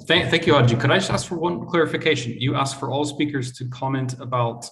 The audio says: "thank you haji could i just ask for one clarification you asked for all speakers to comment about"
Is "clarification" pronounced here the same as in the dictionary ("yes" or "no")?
yes